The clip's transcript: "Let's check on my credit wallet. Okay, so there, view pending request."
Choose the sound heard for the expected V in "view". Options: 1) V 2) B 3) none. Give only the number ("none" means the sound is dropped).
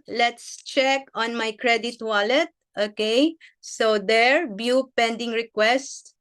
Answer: 2